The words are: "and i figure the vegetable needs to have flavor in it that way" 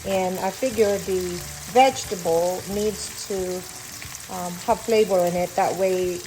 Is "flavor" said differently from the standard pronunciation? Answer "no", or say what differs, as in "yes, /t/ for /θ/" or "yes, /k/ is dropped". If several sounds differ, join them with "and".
yes, /b/ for /v/